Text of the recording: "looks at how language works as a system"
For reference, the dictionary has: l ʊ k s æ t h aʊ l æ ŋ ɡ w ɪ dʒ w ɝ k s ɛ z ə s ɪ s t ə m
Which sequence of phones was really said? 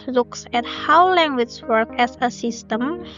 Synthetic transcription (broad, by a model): l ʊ k s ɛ t h aʊ l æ ŋ ɡ w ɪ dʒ w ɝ k ɛ s ə s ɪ s t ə m